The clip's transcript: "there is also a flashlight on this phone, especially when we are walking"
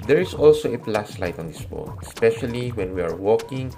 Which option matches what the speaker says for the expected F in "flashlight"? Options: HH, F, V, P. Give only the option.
P